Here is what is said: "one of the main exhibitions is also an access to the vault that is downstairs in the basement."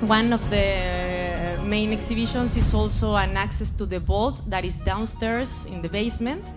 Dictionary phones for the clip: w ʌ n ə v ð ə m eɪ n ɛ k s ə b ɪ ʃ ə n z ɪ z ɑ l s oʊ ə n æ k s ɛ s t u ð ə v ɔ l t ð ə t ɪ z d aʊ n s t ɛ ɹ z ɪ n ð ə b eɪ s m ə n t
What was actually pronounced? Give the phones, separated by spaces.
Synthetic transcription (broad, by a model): w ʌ n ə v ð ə m eɪ n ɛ k s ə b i ʃ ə n s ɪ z ɑ l s oʊ ə n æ k s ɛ s t u ð ə b ɔ l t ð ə t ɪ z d aʊ n s t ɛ ɹ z ɪ n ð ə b eɪ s m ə n t